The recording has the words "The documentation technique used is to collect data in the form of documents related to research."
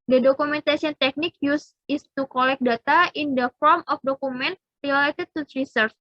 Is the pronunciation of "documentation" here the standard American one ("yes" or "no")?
no